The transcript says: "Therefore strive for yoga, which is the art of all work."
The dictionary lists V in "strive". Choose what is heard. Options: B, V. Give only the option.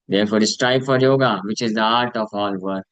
B